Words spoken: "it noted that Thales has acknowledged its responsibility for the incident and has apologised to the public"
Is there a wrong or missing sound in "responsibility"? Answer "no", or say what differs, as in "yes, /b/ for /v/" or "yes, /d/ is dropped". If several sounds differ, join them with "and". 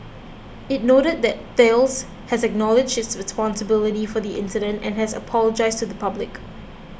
no